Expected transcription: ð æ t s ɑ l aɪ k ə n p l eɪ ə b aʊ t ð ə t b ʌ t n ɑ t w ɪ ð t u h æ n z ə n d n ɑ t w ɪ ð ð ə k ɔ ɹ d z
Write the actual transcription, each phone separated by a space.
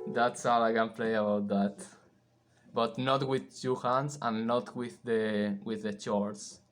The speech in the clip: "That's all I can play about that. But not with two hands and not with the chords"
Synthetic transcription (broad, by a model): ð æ t s ɑ w aɪ k ə n p l eɪ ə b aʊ t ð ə t b ʌ t n ɑ t w ɪ ð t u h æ n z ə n n ɑ t w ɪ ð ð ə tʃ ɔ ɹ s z